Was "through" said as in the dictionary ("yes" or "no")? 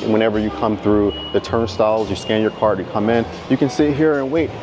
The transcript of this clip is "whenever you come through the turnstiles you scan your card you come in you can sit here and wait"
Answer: yes